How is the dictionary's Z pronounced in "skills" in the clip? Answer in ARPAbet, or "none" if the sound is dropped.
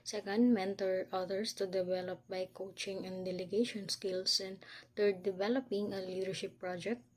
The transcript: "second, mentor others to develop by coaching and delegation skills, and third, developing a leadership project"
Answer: S